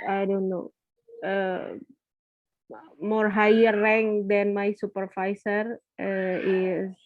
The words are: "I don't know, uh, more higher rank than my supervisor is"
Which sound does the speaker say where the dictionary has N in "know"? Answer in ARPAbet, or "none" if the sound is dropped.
N